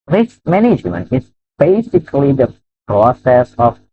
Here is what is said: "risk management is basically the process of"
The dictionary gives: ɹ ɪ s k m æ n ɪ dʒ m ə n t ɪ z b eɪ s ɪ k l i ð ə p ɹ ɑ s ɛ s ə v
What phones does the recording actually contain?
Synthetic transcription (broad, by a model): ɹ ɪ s m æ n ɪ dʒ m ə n ɪ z b eɪ s ɪ k l i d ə p ɹ ɑ s ɛ s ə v